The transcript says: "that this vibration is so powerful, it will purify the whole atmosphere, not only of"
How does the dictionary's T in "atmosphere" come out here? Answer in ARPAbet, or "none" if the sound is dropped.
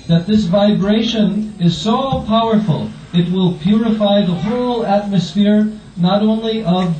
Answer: T